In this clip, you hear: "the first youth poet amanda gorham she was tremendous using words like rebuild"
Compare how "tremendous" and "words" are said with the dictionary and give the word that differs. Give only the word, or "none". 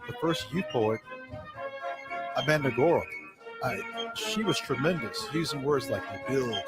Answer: none